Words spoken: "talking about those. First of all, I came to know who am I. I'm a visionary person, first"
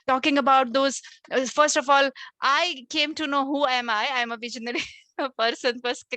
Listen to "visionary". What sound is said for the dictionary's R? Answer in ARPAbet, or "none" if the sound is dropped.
L